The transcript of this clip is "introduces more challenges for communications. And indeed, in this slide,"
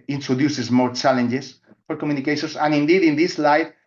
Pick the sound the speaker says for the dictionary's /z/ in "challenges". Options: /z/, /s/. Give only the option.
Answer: /s/